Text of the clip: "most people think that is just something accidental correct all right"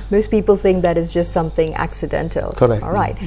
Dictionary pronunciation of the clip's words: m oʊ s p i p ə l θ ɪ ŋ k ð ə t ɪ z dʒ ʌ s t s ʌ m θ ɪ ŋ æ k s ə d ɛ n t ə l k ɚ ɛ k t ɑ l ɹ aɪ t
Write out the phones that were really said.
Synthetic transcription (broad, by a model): m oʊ s p i p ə l θ ɪ ŋ k ð ə t ɪ z dʒ ʌ s t s ʌ m θ ɪ ŋ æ k s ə d ɛ n t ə l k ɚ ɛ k ɑ l ɹ aɪ t